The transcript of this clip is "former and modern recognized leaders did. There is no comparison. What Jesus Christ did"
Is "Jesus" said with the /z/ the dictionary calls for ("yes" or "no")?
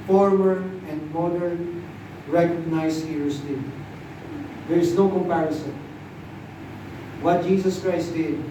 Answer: no